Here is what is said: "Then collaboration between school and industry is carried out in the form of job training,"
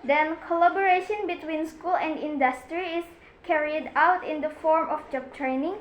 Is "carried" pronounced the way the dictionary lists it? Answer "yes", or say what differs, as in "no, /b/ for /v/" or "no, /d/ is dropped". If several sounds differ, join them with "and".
yes